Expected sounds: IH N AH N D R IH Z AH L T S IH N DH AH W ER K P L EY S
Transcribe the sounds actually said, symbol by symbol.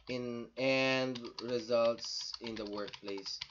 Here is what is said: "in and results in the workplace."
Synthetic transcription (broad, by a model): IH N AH N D R IH Z AH L T S IH N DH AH W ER K P L EY S